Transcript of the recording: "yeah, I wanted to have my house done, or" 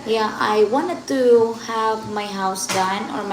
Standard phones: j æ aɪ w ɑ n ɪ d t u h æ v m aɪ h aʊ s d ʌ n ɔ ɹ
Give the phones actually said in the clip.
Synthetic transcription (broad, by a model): j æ aɪ w ɑ n ɪ d t u h æ v m aɪ h aʊ s d ʌ n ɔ ɹ